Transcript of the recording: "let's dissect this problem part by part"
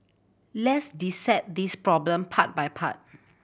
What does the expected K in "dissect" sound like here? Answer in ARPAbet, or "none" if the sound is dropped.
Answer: none